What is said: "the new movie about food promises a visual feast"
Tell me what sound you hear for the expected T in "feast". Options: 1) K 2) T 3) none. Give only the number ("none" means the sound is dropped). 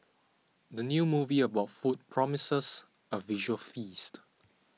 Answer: 2